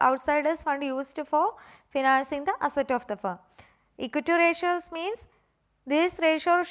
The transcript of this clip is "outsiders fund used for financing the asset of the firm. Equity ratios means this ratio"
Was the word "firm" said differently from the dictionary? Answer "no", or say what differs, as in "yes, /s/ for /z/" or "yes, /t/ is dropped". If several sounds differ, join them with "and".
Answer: yes, /m/ is dropped